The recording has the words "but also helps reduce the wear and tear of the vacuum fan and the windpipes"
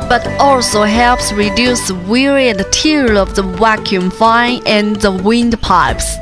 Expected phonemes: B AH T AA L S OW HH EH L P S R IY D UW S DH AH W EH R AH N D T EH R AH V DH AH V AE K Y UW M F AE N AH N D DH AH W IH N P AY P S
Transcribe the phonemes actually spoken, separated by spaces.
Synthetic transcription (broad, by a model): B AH T AA L S OW HH EH L P S R IY D UW S DH AH W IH R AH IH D T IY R AH V DH AH W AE K Y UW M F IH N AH N DH AH W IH N P AY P S